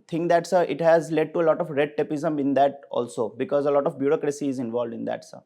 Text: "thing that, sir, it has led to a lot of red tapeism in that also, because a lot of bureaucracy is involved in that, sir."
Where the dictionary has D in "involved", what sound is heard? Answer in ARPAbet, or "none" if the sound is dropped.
D